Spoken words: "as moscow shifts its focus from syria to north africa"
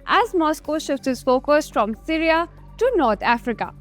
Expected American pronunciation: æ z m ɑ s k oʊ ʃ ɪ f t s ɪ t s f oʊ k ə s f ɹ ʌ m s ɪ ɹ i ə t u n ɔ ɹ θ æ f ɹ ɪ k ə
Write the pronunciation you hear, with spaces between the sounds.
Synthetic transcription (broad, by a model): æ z m ɑ s k oʊ ʃ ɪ f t ɪ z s f oʊ k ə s f ɹ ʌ m s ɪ ɹ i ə t u n ɔ ɹ t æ f ɹ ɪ k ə